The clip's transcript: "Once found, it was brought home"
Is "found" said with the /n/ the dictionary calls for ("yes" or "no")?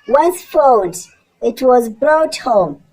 no